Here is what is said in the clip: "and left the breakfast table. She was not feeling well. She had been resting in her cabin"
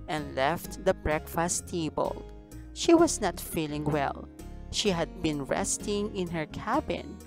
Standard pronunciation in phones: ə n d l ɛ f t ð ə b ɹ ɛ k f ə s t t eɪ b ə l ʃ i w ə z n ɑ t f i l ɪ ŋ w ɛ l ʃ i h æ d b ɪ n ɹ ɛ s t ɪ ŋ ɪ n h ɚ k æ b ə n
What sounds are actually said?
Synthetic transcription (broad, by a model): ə n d l ɛ f t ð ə b ɹ ɛ k f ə s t t eɪ b ə l ʃ i w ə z n ɑ t f i l ɪ ŋ w ɛ l ʃ i h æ d b ɪ n ɹ ɛ s t ɪ ŋ ɪ n h ɚ k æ b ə n